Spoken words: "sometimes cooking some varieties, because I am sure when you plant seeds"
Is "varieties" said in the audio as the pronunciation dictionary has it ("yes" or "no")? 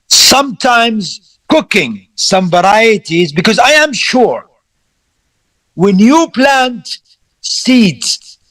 yes